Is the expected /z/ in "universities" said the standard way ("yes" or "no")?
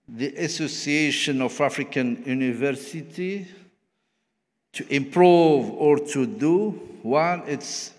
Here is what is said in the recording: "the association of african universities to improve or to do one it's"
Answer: no